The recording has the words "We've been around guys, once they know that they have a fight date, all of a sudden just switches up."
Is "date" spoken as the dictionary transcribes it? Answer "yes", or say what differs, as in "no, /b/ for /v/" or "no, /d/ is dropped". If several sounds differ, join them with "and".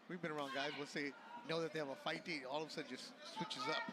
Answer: no, /t/ is dropped